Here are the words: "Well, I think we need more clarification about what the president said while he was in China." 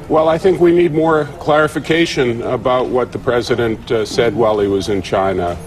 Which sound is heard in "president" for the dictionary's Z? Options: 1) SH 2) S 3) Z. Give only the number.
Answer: 3